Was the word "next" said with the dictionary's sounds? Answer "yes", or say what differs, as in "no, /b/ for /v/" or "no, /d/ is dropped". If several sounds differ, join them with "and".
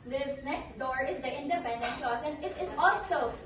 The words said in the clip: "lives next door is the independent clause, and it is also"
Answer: yes